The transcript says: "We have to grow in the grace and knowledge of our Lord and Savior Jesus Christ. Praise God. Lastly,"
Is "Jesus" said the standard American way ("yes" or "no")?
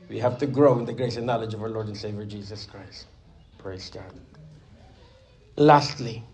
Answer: yes